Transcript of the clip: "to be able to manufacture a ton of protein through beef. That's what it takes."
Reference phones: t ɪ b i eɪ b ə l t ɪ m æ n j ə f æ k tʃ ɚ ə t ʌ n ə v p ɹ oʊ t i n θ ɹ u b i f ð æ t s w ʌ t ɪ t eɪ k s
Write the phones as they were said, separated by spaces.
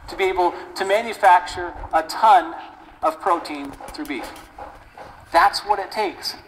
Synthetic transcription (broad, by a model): t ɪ b i eɪ b l t ɪ m æ n j ə f æ k tʃ ɚ ə t ʌ n ə v p ɹ oʊ t i n θ ɹ u b i f ð æ t s w ʌ t ɪ t eɪ k s